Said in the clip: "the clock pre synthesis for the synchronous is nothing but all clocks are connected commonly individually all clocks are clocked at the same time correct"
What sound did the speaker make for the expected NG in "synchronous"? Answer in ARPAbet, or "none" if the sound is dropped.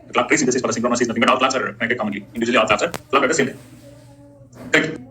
none